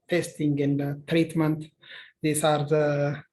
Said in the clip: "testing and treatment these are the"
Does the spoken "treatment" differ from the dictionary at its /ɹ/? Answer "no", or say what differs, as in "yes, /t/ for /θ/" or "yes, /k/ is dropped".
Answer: no